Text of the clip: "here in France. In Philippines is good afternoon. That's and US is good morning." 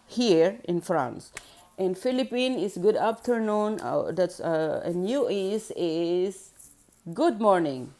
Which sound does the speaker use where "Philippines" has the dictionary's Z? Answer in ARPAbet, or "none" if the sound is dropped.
none